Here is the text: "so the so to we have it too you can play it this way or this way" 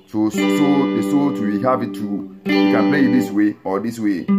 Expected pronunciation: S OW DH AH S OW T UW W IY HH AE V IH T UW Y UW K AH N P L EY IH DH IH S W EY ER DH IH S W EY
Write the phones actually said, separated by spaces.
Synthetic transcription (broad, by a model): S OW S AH S OW T UW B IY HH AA P IH T UW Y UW K AH N P L EY IH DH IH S W EY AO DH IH S W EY